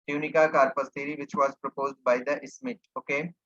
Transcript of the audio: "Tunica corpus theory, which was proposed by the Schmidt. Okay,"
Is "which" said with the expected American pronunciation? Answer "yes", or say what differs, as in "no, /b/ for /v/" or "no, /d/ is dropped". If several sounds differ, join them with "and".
no, /ʃ/ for /tʃ/